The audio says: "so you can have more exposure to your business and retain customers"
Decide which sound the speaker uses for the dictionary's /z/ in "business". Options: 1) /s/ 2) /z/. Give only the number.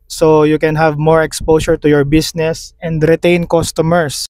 1